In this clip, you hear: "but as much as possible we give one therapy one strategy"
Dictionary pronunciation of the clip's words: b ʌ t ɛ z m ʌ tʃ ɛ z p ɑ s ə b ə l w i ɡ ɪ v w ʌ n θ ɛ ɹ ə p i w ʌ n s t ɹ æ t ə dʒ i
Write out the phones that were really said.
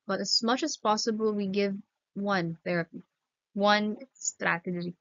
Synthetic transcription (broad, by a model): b ʌ t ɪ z m ʌ tʃ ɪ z p ɑ s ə b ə l w i ɡ ɪ v w ʌ n θ ɛ ɹ ə p i w ʌ n s t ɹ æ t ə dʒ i